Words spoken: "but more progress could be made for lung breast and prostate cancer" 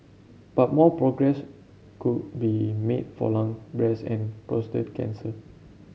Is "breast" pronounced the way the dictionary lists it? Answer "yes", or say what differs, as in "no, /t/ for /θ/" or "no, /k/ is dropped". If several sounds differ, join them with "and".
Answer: no, /t/ is dropped